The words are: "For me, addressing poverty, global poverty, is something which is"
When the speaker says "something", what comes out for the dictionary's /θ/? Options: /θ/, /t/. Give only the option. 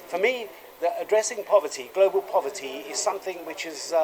/θ/